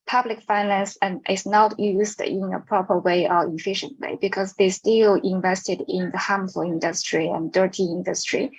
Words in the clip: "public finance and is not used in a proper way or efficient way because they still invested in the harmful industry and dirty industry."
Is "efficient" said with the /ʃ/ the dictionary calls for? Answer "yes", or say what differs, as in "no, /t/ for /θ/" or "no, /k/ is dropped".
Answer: yes